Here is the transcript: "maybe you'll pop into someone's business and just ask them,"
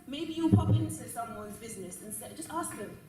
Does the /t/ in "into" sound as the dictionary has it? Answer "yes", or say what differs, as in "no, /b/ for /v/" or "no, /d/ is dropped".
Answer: no, /s/ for /t/